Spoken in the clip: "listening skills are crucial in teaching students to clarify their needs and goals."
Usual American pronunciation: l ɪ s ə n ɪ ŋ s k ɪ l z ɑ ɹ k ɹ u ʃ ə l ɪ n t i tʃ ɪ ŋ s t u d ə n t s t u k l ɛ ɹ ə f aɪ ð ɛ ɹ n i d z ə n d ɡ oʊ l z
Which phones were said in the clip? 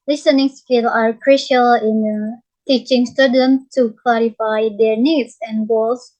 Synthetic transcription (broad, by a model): l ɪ s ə n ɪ ŋ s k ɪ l ɑ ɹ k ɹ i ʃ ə l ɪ n t i tʃ ɪ ŋ s t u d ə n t t u k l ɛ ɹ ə f aɪ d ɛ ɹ n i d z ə n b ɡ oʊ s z